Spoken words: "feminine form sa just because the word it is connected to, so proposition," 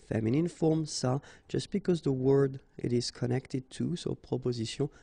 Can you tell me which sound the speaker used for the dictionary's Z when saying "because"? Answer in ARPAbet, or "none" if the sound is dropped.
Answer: Z